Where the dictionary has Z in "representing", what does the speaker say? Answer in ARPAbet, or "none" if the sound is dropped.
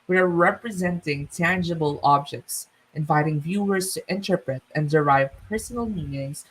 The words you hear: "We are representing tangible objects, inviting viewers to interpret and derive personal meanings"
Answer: Z